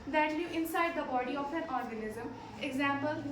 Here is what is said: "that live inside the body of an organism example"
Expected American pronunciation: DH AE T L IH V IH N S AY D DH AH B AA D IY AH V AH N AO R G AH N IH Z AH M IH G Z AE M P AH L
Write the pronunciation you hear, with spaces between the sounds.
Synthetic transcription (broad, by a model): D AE T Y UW IH N S AY D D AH B AA D IY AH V AH N AO R G AH N IH Z AH M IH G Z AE M P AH L